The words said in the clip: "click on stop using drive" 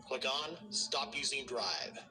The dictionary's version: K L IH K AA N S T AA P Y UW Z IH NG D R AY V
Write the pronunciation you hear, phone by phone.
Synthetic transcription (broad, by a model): K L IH K N S T AA P Y UW Z IH NG D R AY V